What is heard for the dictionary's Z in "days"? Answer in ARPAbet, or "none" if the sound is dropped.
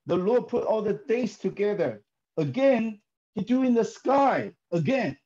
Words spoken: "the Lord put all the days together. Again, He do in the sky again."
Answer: S